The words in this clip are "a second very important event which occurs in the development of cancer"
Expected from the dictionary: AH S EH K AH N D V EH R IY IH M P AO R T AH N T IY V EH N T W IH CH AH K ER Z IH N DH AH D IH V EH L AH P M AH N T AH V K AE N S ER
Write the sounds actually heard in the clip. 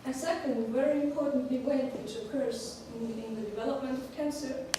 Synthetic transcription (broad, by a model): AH S EH K AH N D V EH R IY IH M P AO R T N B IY W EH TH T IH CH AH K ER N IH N DH AH D IH V EH L AH P M AH N T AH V K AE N S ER